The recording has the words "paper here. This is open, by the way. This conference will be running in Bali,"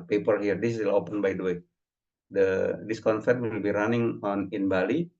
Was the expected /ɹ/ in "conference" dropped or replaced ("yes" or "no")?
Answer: yes